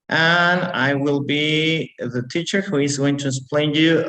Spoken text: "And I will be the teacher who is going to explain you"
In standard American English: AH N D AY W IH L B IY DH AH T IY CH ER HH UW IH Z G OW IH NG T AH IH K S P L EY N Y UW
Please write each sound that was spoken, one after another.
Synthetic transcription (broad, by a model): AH N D AY W IH L B IY DH AH T IY CH ER HH UW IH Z G OW IH NG T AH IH S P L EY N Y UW